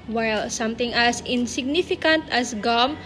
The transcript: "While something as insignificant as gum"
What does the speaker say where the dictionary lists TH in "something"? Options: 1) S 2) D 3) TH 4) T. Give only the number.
4